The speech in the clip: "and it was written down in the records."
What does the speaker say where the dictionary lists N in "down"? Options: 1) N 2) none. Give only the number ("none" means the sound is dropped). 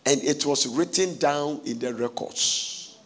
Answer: 1